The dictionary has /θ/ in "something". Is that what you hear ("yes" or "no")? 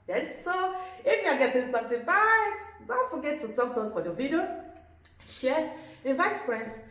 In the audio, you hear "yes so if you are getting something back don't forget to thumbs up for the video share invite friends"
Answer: no